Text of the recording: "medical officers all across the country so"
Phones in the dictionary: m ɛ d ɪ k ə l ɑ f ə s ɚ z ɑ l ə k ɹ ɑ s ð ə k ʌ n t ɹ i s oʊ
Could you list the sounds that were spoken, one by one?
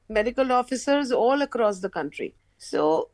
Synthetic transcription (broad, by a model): m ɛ d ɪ k ə l ɑ f ə s ɚ z ɑ l ə k ɹ ɑ s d ə k ʌ n t ɹ i s oʊ